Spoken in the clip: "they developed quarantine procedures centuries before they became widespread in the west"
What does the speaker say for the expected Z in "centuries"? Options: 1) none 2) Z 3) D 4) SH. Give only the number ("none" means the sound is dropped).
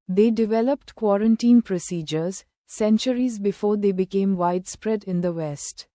2